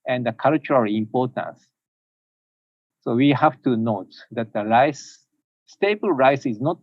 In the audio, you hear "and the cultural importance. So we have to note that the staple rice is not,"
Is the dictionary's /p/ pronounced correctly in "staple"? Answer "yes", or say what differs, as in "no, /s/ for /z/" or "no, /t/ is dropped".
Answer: no, /b/ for /p/